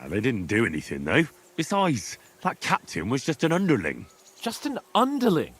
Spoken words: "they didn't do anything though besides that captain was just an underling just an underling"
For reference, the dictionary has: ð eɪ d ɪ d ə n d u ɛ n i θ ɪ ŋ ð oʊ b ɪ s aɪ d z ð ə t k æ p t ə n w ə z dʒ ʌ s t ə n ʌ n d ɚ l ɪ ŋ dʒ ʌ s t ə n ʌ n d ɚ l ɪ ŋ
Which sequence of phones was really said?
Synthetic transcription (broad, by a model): ð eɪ d ɪ d n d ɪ ɛ n i θ ɪ ŋ ð oʊ b ɪ s aɪ d z ð ə t k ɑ p t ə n w ə z dʒ ʌ s t ə n ʌ n d ɚ l ɪ ŋ dʒ ʌ s t ə n ʌ n d ɚ l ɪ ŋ